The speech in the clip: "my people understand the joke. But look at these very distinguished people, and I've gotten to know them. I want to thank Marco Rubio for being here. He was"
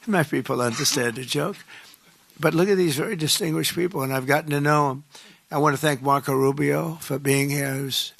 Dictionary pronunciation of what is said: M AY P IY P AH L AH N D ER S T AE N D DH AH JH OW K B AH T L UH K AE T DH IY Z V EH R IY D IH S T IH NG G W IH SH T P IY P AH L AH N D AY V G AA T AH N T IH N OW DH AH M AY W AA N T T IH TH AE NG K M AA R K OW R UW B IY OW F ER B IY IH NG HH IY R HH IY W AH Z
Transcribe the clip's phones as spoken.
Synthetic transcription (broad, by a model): M AY P IY P L AH N D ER S T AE N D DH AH JH OW K B AH T L UH K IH T DH IY Z V EH R IY D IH S T IH NG G W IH SH P IY P L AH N AY V G AA T N T IH N OW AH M AY W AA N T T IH TH AE NG K M AA R K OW R UW B IY OW F ER B IY IH NG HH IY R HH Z